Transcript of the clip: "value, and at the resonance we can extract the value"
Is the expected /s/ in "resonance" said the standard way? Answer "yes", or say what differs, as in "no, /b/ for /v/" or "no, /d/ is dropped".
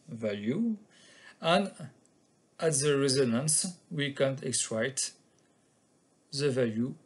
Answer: yes